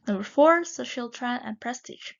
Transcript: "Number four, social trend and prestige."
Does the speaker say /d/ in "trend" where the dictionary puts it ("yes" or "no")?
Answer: no